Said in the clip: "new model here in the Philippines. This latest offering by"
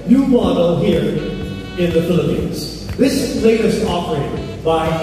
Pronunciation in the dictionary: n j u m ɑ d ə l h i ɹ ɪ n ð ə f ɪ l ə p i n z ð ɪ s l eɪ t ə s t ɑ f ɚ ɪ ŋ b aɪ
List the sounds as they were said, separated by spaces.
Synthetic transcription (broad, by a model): n j u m ɑ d l h i ɹ ɪ n ð ə f ɪ l ə p i n z ð ɪ s l eɪ t ə s t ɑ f ɚ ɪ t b aɪ